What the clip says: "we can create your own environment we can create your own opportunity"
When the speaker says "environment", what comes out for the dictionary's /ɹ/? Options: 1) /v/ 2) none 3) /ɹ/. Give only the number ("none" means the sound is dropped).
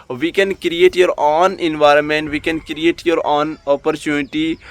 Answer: 3